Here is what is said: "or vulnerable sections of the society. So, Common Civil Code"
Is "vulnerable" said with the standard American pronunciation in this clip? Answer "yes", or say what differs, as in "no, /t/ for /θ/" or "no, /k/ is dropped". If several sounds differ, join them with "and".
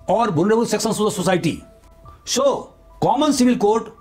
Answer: no, /b/ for /v/